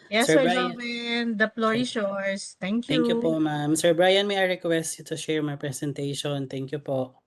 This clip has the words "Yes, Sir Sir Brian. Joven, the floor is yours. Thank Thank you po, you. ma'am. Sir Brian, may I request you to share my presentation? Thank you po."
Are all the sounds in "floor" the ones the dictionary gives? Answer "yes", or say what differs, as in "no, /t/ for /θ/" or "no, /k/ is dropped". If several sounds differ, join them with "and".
no, /p/ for /f/